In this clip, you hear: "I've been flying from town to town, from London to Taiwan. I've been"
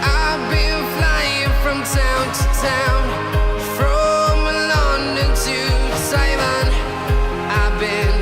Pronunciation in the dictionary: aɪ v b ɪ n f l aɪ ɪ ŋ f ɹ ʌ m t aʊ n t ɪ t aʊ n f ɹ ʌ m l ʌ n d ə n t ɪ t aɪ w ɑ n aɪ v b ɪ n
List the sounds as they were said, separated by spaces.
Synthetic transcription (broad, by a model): aɪ b ɪ n f l aɪ ɪ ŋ f ɹ ʌ m t aʊ n t ɪ t aʊ n f ɹ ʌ m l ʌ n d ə t ɪ s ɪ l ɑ n aɪ b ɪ n